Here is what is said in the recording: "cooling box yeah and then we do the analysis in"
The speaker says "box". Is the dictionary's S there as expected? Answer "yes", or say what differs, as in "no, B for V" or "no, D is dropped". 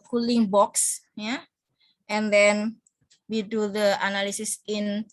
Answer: yes